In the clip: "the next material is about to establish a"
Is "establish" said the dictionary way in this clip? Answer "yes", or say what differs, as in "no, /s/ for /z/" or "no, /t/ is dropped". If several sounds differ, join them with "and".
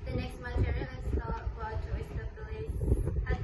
no, /s/ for /ʃ/